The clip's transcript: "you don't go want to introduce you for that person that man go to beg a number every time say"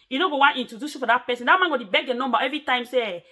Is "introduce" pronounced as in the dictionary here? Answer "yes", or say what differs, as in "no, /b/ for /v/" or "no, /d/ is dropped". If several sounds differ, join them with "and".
no, /ɹ/ is dropped